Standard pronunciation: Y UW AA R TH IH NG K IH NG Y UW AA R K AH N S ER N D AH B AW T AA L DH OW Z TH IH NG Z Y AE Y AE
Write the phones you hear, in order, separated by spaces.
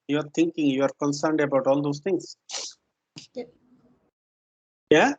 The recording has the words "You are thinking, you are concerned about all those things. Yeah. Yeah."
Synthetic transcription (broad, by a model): Y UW AA R T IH NG K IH NG Y UW AA R K AH N S ER N D AH B AW T AA L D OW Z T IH NG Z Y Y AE